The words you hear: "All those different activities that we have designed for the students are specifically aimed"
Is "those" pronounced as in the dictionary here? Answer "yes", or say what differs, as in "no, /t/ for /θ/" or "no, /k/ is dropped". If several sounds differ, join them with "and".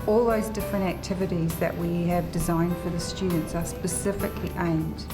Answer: yes